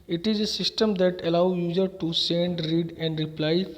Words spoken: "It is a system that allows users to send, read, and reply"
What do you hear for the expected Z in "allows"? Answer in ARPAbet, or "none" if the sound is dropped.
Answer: none